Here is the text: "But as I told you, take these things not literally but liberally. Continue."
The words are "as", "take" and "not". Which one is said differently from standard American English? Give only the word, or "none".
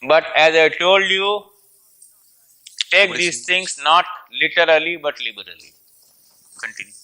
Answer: none